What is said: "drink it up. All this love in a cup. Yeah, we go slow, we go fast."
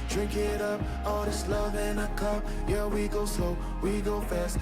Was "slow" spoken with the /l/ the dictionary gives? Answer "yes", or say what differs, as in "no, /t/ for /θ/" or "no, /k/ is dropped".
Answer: no, /l/ is dropped